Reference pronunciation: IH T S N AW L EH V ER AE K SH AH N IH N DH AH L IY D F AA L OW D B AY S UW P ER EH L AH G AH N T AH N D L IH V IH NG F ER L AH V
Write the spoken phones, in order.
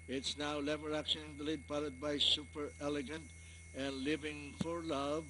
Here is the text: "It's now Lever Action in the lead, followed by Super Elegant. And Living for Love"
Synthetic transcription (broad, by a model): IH T S N AW L EH V ER AE K SH AH N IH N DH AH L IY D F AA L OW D B AY S UW P ER EH L AH G AH N T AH N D L IH V IH NG F ER L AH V